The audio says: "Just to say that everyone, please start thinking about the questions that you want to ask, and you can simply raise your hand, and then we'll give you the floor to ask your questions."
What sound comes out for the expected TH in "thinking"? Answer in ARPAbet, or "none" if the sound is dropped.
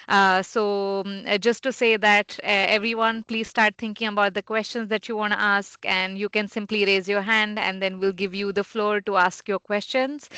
T